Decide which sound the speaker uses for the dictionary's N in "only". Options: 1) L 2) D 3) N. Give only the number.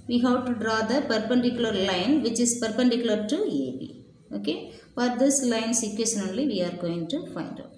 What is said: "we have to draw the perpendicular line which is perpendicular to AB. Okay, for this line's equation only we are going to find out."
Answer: 1